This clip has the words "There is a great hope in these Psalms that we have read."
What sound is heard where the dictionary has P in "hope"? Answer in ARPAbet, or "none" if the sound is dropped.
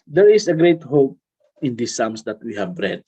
P